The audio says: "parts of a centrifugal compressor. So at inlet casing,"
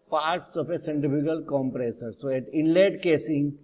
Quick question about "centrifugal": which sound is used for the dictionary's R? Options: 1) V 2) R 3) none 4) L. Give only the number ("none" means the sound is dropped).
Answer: 3